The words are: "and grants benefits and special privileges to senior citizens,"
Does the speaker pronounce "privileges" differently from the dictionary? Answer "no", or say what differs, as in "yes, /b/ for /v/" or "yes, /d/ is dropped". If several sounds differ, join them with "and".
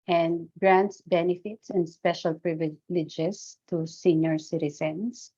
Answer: yes, /s/ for /z/